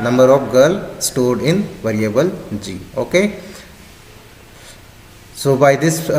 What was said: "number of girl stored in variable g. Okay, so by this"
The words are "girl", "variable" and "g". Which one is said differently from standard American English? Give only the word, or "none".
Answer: none